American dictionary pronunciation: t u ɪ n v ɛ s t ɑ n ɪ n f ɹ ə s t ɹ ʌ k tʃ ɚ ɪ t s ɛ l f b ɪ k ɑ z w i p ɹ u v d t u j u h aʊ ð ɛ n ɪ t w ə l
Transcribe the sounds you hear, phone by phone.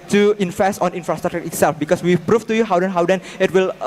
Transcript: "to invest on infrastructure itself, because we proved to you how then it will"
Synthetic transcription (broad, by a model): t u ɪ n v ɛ s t ɑ n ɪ n f ɹ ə s t ɹ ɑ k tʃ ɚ ɪ t s ɛ l f b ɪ k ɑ s w i p ɹ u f t u j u h aʊ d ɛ n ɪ t w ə l